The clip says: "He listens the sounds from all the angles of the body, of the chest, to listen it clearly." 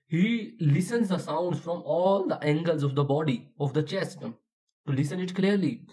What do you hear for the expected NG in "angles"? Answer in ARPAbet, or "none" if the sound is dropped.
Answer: NG